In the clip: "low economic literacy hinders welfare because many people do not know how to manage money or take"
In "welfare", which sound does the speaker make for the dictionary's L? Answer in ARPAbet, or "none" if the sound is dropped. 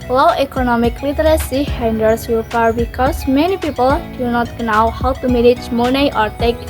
none